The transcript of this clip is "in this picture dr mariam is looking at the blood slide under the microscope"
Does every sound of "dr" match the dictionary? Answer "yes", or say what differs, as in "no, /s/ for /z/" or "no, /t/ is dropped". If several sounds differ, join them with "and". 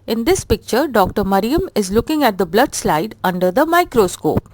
yes